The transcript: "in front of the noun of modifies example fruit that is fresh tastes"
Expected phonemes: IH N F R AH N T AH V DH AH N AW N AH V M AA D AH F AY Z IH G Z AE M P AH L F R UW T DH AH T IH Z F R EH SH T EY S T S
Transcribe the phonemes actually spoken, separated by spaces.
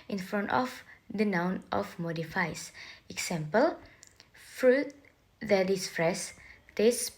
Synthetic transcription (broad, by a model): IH N F R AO N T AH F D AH N AW N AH F M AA D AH F AY S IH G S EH M P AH L F R UW T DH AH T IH S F R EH S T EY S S